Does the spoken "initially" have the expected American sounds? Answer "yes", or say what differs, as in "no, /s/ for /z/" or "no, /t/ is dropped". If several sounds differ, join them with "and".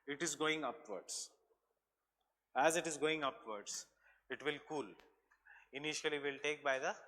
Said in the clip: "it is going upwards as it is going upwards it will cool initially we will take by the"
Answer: no, /l/ is dropped